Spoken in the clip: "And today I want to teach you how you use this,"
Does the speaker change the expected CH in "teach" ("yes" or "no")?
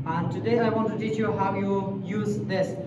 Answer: no